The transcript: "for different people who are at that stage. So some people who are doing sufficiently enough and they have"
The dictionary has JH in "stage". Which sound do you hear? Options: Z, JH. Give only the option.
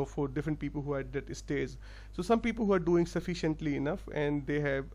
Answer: Z